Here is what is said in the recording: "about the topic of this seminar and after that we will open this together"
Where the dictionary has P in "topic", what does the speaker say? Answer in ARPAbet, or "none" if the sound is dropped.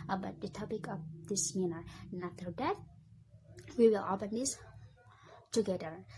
P